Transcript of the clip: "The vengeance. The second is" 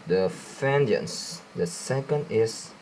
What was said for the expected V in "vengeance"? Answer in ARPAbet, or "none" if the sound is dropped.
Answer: F